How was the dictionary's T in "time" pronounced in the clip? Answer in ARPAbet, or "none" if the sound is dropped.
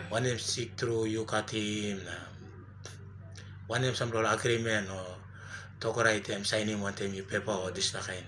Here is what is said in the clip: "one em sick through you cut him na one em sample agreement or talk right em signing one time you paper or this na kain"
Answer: T